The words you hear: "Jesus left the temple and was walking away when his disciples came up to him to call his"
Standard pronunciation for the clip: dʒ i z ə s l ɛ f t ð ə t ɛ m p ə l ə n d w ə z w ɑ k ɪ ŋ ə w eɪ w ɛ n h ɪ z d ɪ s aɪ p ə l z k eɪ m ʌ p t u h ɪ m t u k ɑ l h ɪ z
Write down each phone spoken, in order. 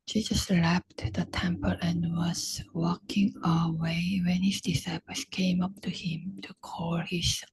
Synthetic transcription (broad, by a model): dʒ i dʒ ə s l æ p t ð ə t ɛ m p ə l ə n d w ə z w ɑ k ɪ ŋ ə w eɪ w ɛ n h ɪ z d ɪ s aɪ p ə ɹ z k eɪ m ʌ p t u h ɪ m t u k ɑ l h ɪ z